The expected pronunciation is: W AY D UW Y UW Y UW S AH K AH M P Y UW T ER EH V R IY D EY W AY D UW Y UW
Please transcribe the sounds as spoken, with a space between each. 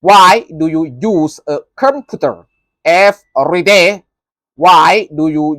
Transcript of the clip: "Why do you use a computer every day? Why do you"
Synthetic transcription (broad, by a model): W AY D UW Y UW Y UW S AH K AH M P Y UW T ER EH F R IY D EY W AY D UW Y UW